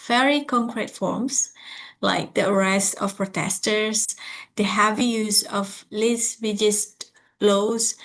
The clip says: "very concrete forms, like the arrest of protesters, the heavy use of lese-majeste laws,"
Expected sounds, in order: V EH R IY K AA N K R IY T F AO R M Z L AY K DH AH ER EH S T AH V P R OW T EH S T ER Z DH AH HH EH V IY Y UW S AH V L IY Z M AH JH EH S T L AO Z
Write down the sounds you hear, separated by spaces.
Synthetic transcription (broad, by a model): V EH R IY K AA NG K R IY T F AO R M S L AY K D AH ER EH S AH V P R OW T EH S T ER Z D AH HH EH V IY Y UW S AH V L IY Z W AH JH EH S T L AO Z